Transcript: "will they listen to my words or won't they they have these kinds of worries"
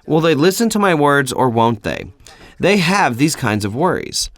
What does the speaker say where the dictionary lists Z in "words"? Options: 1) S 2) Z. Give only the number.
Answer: 2